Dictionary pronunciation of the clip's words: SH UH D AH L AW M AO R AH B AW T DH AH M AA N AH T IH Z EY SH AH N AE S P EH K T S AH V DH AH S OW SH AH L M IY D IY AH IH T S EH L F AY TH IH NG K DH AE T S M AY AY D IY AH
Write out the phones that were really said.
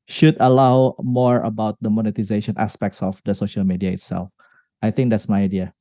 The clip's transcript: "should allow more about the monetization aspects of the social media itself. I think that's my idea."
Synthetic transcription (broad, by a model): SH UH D AH L AW M AO R AH B AW T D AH M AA N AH T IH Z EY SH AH N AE S P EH K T S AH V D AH S OW SH AH L M IY D IY AH IH T S EH L F AY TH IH NG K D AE T S M AY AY D IY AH